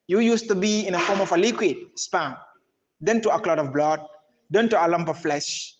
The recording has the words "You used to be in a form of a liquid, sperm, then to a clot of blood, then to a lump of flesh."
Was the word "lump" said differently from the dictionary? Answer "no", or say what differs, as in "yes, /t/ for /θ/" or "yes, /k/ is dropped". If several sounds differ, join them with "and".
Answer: no